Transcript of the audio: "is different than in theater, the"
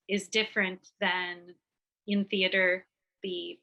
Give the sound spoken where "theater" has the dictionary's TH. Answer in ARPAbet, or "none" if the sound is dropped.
TH